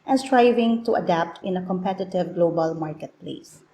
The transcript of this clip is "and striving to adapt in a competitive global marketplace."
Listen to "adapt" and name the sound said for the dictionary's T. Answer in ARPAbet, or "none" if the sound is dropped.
T